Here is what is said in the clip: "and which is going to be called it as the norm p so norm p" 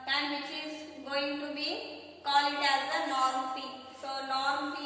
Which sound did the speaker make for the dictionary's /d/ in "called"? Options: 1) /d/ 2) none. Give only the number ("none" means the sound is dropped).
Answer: 2